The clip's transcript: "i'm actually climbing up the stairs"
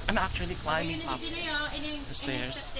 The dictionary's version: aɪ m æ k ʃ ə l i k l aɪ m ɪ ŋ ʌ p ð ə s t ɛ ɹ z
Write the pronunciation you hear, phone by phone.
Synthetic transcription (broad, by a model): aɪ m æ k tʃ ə l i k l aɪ ɪ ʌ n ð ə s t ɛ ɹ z